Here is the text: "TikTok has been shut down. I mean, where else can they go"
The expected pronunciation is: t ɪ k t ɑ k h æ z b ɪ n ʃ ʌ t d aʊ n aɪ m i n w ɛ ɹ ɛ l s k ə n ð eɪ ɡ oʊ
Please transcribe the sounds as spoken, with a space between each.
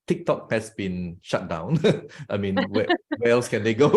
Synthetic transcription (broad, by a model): t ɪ k t ɑ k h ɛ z b ɪ n ʃ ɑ t d aʊ n aɪ m i n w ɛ w ɛ l s k ə n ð eɪ ɡ oʊ